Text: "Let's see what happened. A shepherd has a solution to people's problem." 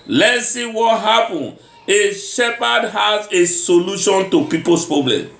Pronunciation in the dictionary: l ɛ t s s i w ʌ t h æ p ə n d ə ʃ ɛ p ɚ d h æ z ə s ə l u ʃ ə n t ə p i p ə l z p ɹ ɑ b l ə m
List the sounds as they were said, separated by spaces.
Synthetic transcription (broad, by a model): l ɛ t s s i w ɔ t h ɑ p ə n ə ʃ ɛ p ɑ d h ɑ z ə s ə l u ʃ ə n t ə p i p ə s p ɹ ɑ b l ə m